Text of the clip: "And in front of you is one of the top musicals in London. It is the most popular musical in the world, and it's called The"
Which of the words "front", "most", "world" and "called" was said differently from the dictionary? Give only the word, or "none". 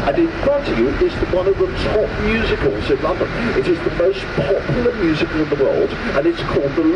front